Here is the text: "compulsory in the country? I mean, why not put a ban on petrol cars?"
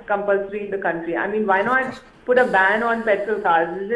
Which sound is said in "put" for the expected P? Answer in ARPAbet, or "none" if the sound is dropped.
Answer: P